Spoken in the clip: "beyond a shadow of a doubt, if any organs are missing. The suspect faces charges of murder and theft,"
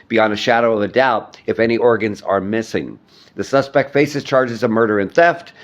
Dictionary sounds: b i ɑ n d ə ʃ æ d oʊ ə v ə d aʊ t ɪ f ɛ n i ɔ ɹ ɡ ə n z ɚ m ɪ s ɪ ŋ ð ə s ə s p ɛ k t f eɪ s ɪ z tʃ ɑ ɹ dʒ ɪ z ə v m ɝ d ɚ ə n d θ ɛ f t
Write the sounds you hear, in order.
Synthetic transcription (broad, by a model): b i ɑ n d ə ʃ æ d oʊ ə v ə d aʊ t ɪ f ɛ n i ɔ ɹ ɡ ə n z ɚ m ɪ s ɪ ŋ ð ə s ə s p ɛ k t f eɪ s ɪ z tʃ ɑ ɹ dʒ ɪ z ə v m ɝ d ɚ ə n θ ɛ f t